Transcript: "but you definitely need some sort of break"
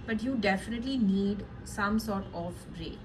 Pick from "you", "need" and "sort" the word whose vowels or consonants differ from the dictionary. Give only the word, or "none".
none